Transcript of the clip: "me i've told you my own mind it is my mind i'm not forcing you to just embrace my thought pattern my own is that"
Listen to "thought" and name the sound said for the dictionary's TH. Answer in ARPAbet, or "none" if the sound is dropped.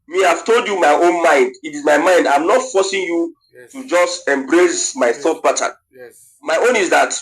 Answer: TH